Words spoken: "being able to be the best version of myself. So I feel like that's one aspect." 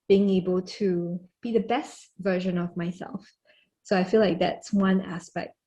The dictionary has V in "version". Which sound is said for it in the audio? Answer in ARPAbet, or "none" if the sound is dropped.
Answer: V